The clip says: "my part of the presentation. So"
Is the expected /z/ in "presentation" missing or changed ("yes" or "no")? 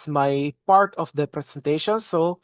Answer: yes